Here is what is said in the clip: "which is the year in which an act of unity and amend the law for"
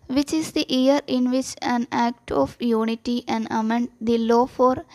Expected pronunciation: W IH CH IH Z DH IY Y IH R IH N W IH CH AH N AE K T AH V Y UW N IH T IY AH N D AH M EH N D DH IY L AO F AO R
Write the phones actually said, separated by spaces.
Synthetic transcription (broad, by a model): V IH CH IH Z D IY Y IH R IH N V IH CH AH N AE K T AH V Y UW N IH T IY AH N D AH M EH N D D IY L AO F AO R